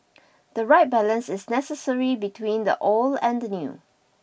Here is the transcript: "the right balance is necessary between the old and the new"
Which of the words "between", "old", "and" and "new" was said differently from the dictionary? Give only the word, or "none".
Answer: old